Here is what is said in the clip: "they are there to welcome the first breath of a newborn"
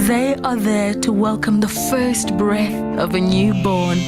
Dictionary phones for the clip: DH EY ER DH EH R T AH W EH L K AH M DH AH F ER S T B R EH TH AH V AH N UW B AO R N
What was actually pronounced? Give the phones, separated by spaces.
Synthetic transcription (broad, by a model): DH EY ER DH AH R T AH W EH L K AH M DH AH F ER S T B R EH TH AH V AH N UW B AO R N